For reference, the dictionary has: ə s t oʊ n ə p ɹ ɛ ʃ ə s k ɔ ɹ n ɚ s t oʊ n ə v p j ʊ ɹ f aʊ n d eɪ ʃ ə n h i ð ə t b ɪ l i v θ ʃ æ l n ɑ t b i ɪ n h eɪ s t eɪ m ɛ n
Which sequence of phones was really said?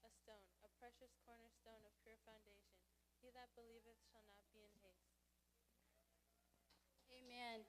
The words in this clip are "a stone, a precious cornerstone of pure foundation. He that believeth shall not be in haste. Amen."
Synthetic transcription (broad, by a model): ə s t oʊ n ə p ɹ ɛ ʃ ə s k ɔ ɹ n ɚ s t oʊ n ə v p j ʊ ɹ f aʊ n d eɪ ʃ ə n h i ð ə t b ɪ l i v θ ʃ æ l n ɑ t b i ɪ n h eɪ s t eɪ m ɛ n